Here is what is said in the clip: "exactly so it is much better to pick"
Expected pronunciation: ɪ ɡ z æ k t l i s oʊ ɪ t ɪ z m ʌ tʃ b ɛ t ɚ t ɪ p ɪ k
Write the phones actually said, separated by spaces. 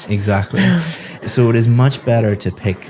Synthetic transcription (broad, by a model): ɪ ɡ z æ k t l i s oʊ ɪ t ɪ z m ʌ tʃ b ɛ t ɚ t ɪ p ɪ k